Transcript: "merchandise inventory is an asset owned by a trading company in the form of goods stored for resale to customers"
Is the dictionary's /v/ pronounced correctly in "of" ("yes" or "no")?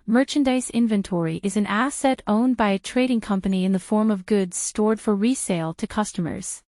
yes